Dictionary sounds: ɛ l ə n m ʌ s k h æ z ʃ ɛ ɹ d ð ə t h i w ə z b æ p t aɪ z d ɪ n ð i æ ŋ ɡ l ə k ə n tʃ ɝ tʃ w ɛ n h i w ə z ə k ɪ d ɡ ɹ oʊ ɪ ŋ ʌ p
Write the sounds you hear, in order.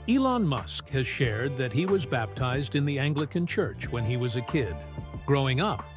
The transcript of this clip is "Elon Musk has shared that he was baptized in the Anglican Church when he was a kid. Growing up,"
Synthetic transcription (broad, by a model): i l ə n m ʌ s k h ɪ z ʃ ɛ ɹ d ð ə t h i w ə z b æ p t aɪ z d ɪ n ð i æ ŋ ɡ l ə k ə n tʃ ɝ tʃ w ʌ n i w ə z ə k ɪ d ɡ ɹ oʊ ɪ ŋ ʌ p